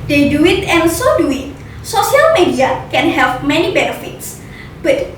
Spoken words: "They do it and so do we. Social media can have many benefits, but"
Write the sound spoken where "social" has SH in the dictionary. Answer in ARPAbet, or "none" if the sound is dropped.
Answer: S